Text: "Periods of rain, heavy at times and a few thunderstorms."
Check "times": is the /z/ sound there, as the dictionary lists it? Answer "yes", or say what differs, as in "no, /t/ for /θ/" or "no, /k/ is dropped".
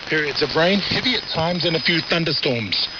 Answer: yes